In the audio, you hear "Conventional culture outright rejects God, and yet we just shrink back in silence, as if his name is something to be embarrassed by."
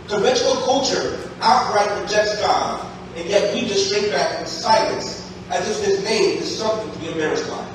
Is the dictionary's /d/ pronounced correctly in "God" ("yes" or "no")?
no